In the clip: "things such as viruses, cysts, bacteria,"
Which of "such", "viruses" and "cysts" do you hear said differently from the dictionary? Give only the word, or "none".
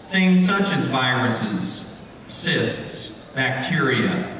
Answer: none